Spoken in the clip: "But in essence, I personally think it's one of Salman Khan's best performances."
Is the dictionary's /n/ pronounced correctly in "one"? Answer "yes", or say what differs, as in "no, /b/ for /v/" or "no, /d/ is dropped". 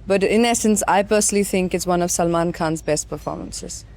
yes